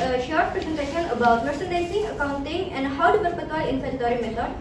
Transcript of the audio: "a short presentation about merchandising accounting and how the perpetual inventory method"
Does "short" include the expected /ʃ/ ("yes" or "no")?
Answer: yes